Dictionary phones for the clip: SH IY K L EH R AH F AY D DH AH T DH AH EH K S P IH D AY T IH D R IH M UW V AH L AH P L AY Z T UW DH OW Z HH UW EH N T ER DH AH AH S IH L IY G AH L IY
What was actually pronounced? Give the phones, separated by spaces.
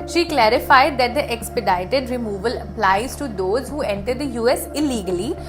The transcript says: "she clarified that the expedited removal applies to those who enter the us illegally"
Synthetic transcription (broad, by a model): SH IY K L EH R AH F AY D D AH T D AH EH K S P IH D AY T IH D R IH M UW V AH L AH P L AY Z T UW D OW Z HH UW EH N T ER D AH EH S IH L IY G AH L IY